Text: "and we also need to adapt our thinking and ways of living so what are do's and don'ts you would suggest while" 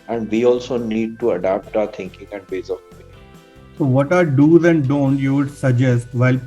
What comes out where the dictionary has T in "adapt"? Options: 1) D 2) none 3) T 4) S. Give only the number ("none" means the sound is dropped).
3